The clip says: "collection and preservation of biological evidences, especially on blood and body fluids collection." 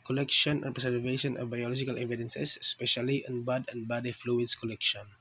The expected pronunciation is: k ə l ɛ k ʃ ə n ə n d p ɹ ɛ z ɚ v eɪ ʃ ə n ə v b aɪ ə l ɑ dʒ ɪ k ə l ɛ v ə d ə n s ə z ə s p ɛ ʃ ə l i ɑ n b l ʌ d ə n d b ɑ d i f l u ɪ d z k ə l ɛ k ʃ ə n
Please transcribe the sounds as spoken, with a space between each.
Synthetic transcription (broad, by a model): k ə l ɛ k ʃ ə n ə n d p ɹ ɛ s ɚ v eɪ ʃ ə n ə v b aɪ ə l ɑ dʒ ɪ k ə l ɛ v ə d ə n s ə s s p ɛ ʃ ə l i ɑ n b ɑ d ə n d b ɑ d i f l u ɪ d s k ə l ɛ k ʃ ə n